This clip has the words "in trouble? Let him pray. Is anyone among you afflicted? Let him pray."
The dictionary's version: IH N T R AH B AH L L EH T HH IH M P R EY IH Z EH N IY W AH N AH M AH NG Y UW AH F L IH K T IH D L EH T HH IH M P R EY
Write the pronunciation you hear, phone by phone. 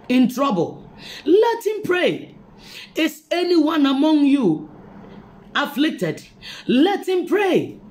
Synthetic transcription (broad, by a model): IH N T R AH B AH L L EH T HH IH M P R EY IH S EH N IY W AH N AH M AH NG Y UW AH F L IH K T IH D L EH T HH IH M P R EY